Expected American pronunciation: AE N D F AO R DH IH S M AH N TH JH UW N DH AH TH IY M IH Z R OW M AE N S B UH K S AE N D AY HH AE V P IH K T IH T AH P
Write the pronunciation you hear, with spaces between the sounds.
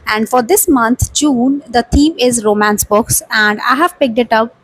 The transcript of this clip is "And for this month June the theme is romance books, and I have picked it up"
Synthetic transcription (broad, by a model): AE N D F AO R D IH S M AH N T JH UW N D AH T IY M IH Z R OW M AE N S B UH K S AE N D AY HH AE V P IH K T IH T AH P